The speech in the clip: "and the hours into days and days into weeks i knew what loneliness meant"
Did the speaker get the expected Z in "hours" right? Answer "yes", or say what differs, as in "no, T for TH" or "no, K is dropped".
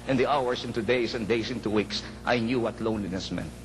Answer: no, S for Z